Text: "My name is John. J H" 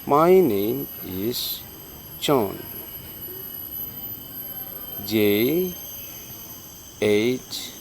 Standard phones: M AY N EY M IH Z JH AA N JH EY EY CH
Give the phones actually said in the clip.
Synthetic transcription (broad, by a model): M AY N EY IH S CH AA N JH EY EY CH